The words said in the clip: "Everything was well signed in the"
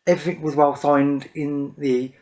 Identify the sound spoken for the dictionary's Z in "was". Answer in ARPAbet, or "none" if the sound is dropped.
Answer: Z